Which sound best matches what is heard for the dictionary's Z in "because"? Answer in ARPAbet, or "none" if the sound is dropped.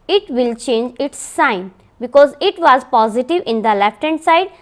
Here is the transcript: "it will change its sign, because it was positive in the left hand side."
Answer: Z